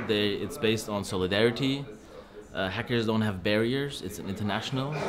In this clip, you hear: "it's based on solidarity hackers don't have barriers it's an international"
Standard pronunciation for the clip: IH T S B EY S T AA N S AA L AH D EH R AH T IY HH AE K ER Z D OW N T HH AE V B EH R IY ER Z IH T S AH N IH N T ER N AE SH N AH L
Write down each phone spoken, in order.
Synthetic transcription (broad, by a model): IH T S B EY S T N S AA L AH D EH R AH T IY HH AE K ER Z D OW N T HH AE V B EH R IY ER Z IH T S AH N IH N T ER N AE SH N L